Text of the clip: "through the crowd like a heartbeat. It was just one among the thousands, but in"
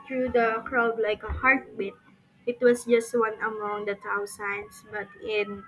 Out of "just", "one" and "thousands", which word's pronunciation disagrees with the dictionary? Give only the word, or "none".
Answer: thousands